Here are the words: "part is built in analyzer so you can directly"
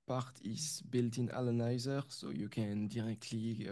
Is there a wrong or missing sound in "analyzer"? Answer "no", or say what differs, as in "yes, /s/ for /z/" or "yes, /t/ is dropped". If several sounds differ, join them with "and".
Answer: yes, /l/ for /n/ and /n/ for /l/